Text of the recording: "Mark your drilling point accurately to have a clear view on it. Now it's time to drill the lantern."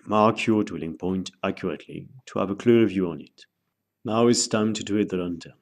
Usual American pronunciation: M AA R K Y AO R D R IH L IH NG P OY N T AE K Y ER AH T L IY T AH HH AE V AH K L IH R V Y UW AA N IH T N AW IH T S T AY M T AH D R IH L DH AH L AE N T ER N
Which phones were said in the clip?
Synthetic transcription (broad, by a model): M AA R K Y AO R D W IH L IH NG P OY N T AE K Y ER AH T L IY T AH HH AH V AH K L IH R V Y UW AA N IH T N AW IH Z S T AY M T AH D W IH DH AH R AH N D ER